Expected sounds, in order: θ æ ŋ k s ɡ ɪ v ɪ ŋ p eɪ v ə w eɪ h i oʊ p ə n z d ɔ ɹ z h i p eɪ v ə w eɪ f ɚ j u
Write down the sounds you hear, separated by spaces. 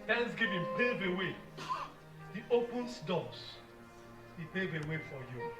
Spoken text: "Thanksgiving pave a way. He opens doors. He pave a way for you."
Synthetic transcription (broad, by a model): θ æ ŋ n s ɡ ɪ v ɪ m p eɪ v ə w eɪ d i oʊ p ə n s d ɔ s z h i p eɪ v ə w eɪ f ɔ j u